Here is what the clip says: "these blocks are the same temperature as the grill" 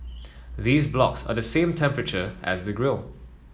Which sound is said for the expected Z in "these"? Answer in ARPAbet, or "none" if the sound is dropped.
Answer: Z